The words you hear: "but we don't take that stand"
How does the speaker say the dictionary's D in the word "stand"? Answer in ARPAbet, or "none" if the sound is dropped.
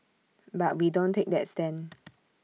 none